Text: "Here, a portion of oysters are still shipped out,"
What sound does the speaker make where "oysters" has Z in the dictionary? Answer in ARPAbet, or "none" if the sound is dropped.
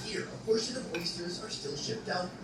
Z